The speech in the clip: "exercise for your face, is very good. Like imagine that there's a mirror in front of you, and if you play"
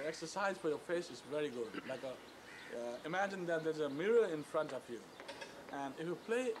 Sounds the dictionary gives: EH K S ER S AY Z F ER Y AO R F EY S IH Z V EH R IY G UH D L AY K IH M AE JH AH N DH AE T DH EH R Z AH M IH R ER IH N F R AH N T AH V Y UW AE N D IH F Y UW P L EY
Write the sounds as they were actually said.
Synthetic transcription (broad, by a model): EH K S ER S AY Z F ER Y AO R F EY S IH Z V EH R IY G UH D L AY K IH M AE JH AH N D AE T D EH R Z AH M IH R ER IH N F R AH N T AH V Y UW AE N D IH F Y UW P L EY